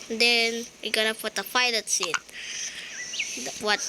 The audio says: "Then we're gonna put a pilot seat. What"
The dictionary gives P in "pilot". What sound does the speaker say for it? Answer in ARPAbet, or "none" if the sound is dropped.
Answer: F